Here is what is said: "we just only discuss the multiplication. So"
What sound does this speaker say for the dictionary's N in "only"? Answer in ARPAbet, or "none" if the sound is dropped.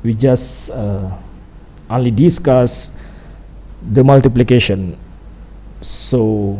N